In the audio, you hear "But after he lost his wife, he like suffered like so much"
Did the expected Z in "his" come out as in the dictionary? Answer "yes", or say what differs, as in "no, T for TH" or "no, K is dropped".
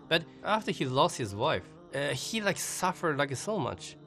yes